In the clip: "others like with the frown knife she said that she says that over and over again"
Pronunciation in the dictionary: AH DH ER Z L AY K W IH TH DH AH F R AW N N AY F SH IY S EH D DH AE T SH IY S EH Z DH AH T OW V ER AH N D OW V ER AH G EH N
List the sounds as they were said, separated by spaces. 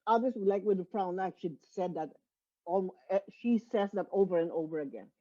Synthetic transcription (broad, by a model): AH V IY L L AY K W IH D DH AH F R AW N L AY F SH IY S EH D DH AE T SH IY S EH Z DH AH T OW V ER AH N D OW V ER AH G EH N